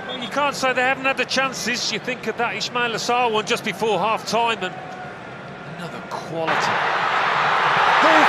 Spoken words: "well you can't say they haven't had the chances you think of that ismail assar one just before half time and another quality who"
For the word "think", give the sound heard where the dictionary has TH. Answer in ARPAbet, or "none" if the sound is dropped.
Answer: TH